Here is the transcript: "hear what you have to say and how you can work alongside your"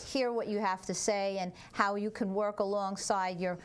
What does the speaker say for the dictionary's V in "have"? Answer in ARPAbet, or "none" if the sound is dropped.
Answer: F